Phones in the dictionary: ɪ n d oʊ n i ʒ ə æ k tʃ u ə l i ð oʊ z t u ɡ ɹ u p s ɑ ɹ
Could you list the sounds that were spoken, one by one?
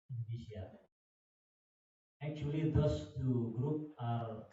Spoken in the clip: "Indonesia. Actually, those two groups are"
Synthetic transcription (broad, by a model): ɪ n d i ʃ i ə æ k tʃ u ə l i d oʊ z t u ɡ ɹ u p ɑ ɹ